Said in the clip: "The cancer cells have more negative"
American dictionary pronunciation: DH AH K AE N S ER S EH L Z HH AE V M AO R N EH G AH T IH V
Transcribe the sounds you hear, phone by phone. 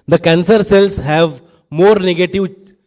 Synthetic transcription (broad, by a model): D AH K AE N S ER S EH L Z HH AE V M AO R N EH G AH T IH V